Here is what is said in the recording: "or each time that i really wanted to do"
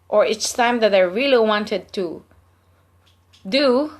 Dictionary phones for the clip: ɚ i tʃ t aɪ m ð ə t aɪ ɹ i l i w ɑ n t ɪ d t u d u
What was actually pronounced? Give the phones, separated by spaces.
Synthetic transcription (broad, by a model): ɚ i s t aɪ m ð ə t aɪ ɹ i l i w ɑ n t ɪ d t u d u